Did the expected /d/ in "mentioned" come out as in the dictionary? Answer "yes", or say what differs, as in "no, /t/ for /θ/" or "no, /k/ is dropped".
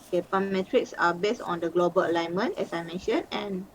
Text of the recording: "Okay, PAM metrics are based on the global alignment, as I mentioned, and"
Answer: no, /d/ is dropped